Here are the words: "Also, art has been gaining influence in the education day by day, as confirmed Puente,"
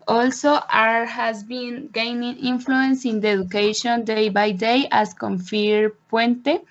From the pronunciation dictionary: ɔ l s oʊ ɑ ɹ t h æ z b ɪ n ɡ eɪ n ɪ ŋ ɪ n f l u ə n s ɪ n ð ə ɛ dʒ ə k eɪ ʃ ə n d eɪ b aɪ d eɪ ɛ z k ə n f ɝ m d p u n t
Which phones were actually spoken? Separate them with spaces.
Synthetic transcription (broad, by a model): ɔ l s oʊ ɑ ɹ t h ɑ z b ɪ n ɡ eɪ n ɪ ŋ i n f l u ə n s ɪ n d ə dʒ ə k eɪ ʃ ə n d eɪ b aɪ d eɪ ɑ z k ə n f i d p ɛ n t